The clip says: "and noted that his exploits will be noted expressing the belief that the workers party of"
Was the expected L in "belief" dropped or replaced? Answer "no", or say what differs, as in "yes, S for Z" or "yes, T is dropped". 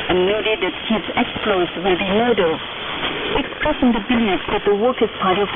yes, N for L